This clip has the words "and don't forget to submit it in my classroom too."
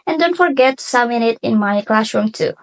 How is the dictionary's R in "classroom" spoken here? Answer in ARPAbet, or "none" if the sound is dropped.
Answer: R